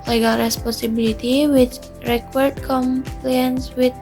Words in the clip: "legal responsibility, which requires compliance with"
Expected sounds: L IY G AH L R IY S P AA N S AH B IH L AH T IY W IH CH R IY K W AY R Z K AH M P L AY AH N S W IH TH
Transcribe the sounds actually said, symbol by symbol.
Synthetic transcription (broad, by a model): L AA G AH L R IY S P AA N S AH B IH L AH T IY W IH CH R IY K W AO R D K AH M P L AY AH N S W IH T